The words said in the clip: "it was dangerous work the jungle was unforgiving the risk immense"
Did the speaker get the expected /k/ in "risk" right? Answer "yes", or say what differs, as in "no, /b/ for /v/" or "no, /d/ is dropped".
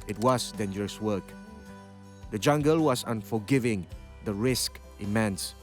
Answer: yes